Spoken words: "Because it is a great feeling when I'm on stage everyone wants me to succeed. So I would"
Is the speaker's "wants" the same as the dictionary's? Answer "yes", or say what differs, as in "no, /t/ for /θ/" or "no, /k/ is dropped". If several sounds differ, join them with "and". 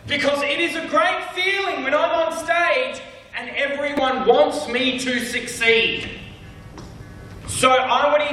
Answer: yes